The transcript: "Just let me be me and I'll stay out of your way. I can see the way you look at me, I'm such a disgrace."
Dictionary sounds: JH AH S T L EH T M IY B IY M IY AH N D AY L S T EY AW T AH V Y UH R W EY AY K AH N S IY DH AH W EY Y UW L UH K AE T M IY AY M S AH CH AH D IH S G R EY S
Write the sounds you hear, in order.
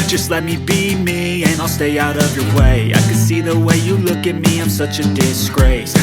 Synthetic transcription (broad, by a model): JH AH S T L EH T M IY B IY M IY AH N AY L S T EY AW T AH V Y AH R W EY AY K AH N S IY DH AH W EY Y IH L UH K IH T M IY AY M S AH CH AH D IH S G R EY S